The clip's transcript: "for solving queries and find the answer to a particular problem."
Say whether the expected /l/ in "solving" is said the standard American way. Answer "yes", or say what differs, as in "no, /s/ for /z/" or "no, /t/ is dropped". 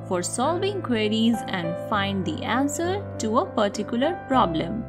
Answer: yes